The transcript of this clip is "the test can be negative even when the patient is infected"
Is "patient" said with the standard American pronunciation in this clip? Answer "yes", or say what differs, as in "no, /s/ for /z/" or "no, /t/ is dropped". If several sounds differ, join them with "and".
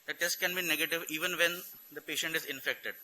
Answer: yes